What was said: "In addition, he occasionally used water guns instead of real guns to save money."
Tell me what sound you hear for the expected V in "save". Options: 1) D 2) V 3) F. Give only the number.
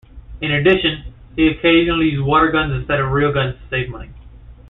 2